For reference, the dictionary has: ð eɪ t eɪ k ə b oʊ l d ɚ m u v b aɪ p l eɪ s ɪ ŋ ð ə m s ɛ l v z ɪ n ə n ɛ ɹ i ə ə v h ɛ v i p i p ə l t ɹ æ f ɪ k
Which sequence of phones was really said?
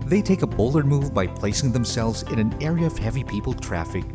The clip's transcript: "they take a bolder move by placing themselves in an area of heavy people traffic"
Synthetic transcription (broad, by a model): ð eɪ t eɪ k ə b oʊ l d ɚ m u v b aɪ p l eɪ s ɪ ŋ ð ə m s ɛ l v z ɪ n ə n ɛ ɹ i ə ə v h ɛ v i p i p l t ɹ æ f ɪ k